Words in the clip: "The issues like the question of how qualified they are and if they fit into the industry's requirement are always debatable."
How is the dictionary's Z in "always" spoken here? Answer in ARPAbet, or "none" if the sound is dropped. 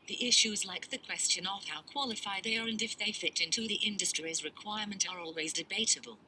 Z